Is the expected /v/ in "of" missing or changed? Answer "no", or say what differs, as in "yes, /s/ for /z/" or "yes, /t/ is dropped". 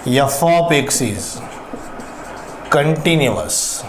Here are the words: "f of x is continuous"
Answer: yes, /p/ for /v/